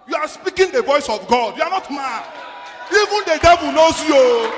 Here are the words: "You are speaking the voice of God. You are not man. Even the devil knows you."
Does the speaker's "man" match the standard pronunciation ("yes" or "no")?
no